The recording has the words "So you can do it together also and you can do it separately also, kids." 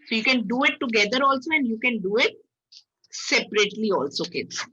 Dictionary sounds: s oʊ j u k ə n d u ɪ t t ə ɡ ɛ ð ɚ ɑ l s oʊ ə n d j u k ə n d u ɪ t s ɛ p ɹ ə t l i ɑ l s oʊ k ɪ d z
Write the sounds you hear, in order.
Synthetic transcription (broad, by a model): s oʊ j u k ə n d u ɪ t t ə ɡ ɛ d ɚ ɑ l s oʊ ə n d j u k ə n d u ɪ t s ɛ p ɹ ə t l i ɑ l s oʊ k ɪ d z